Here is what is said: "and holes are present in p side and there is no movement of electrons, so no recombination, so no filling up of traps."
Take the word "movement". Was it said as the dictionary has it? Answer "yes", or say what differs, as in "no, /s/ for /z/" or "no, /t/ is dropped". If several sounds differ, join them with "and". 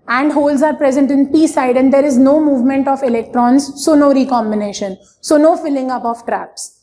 yes